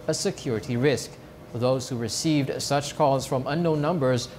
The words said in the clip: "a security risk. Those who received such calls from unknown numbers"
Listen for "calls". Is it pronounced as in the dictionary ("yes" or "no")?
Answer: no